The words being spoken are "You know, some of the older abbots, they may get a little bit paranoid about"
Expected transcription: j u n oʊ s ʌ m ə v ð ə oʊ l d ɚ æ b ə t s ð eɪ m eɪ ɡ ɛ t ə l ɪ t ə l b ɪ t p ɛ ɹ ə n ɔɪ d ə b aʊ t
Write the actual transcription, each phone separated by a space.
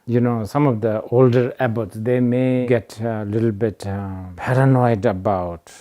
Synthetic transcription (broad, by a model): j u n oʊ s ʌ m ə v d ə oʊ l d ɚ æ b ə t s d eɪ m eɪ ɡ ɛ t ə l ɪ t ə l b ɪ t p ɛ ɹ ə n ɔɪ d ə b aʊ t